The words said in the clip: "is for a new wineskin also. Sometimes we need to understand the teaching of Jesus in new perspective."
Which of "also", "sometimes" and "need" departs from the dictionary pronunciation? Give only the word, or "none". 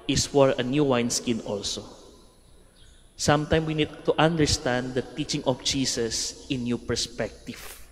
sometimes